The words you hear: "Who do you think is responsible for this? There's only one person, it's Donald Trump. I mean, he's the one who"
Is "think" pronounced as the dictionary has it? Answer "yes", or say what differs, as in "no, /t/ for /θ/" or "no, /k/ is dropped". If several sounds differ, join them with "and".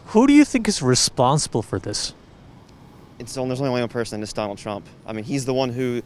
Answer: yes